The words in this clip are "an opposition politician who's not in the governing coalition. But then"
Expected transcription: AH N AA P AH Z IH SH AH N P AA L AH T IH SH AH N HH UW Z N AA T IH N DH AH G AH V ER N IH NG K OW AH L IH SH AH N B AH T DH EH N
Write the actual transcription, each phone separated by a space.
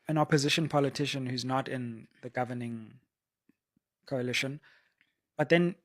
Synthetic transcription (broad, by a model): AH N AA P AH Z IH SH AH N P AA L AH T IH SH AH N HH UW Z N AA T IH N DH AH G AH V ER N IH NG K OW AH L IH SH AH N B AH T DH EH N